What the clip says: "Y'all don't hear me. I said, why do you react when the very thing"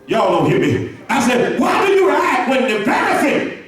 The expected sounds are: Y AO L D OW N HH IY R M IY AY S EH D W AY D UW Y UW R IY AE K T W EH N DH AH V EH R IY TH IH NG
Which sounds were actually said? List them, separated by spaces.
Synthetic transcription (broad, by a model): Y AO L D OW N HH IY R M IY AY S EH D W AY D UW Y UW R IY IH T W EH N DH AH P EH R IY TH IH